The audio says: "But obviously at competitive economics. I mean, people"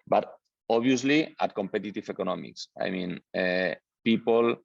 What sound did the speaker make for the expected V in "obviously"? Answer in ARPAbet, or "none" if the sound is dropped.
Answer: none